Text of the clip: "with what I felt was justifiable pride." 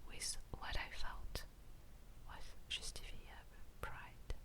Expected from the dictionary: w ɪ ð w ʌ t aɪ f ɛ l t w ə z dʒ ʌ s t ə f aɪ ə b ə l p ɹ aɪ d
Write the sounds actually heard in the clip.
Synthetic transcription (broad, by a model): w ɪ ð w ʌ t aɪ f ɛ l t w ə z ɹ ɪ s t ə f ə ə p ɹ aɪ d